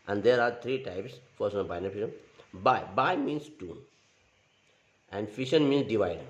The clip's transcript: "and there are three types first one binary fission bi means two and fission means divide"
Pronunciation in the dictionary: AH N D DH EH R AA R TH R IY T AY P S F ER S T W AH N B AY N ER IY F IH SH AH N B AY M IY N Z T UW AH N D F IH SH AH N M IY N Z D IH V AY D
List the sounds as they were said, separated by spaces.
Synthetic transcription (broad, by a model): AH N D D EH R AA R T R IY T AY P S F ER T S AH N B AY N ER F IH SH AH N B AY M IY N S T UW AH N D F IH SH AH N M IY N S D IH V AY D